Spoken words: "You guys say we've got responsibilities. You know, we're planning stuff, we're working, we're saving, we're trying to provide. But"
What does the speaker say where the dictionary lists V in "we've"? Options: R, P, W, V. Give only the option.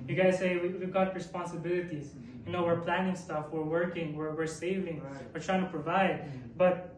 W